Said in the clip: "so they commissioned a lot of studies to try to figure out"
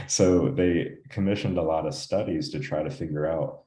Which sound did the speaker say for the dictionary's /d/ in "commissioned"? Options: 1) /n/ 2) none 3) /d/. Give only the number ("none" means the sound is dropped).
3